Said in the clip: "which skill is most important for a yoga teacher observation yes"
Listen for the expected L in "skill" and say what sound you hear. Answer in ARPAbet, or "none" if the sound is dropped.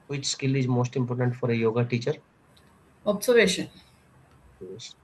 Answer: L